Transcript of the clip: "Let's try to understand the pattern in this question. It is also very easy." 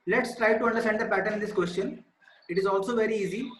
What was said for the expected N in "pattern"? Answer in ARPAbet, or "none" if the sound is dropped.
none